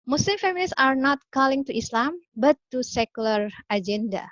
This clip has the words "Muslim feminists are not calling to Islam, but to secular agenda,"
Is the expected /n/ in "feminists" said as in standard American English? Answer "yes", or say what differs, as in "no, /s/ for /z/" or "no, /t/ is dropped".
no, /l/ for /n/